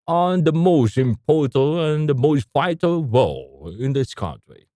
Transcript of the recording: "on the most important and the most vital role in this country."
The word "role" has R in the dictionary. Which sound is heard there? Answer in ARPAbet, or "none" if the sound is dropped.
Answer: W